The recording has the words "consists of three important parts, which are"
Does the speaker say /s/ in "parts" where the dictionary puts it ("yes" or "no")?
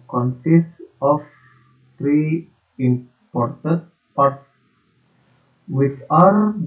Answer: no